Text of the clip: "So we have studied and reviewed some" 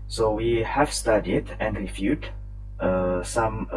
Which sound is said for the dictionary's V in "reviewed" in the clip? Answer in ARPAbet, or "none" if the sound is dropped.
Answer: F